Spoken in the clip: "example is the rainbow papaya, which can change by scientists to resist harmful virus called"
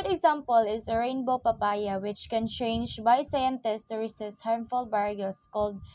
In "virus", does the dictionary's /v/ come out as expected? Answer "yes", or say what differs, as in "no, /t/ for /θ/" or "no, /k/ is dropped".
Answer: no, /b/ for /v/